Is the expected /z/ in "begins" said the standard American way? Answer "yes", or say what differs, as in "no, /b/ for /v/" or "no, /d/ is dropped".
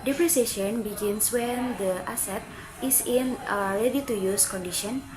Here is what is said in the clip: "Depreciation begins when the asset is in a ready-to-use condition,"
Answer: no, /s/ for /z/